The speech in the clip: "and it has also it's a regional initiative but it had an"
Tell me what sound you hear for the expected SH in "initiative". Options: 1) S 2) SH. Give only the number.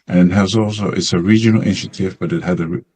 2